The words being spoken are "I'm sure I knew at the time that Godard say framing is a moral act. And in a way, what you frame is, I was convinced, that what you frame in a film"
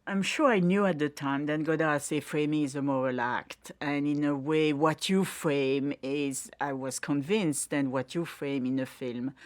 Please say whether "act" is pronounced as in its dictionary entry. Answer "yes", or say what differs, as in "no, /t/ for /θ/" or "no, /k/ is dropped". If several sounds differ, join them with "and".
yes